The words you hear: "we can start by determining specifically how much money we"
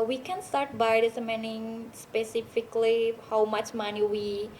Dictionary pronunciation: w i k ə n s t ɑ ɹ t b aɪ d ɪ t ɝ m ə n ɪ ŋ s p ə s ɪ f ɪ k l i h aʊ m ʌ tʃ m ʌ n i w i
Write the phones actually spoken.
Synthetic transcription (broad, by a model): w i k ə n s t ɑ ɹ t b aɪ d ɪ s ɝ m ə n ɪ ŋ s p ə s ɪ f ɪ k l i h aʊ m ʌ tʃ m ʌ n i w i